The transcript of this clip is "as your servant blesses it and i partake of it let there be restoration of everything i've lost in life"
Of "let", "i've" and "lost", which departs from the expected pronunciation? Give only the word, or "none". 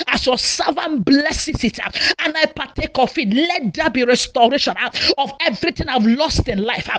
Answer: none